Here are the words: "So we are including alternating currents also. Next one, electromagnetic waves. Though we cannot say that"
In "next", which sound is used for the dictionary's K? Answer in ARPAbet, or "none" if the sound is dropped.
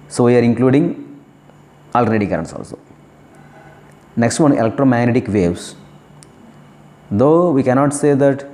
K